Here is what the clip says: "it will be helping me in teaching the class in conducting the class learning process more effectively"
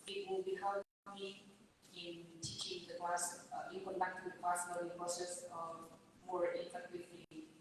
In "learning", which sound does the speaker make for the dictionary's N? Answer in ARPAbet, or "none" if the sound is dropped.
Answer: none